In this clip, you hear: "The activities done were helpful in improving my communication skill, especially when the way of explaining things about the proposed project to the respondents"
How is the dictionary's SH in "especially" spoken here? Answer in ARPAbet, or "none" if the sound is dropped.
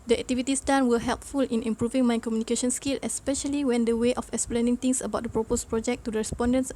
SH